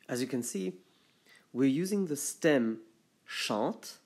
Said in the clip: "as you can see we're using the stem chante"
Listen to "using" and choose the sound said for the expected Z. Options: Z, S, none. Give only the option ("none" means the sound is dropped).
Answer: Z